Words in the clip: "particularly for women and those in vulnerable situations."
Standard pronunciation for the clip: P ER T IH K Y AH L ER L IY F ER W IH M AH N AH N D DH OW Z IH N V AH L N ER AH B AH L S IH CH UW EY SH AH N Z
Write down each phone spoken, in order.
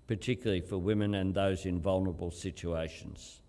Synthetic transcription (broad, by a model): P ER T IH K Y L L IY F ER W IH M AH N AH N DH OW Z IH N V AH L N ER AH B AH L S IH CH UW EY SH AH N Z